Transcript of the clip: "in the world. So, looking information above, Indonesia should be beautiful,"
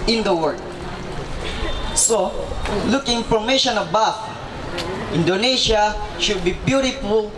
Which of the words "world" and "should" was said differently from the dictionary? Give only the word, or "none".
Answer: world